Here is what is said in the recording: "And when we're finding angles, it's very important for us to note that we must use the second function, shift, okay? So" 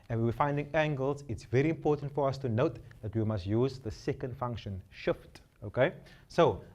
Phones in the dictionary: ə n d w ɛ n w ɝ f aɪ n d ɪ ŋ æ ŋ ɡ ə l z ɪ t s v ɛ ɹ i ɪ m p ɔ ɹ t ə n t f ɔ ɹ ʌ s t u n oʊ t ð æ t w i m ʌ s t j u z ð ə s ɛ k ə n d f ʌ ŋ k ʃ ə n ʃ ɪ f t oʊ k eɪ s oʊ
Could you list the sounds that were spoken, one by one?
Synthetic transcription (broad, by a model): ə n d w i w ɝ f aɪ n d ɪ ŋ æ ŋ ɡ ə l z ɪ t s v ɛ ɹ i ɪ m p ɔ t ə n t f ɔ ɹ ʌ s t u n oʊ t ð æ t w i m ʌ s t j u z ð ə s ɛ k ə n d f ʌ ŋ k ʃ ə n ʃ ɪ f t oʊ k eɪ s oʊ